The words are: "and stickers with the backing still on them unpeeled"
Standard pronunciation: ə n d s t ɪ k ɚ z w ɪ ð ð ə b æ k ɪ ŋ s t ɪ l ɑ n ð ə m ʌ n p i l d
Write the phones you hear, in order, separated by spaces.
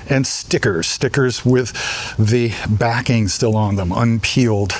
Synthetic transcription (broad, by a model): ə n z s t ɪ k ɚ z w ɪ ð ð ə b æ k ɪ ŋ s t ɪ l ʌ n ð ə m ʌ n p i l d